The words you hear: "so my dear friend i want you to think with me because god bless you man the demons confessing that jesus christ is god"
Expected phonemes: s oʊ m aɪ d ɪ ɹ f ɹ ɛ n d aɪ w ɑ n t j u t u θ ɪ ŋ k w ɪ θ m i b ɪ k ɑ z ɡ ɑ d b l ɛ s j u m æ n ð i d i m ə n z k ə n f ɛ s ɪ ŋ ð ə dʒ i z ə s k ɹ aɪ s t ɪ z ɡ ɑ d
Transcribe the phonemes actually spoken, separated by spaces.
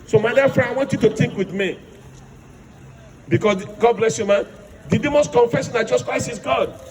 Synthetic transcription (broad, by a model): s oʊ m aɪ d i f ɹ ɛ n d aɪ w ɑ n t j u t u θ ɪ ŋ k w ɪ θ m i b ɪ k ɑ s ɡ ɑ d b l ɛ s j u m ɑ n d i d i m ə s k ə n f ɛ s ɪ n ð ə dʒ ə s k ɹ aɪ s ɪ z ɡ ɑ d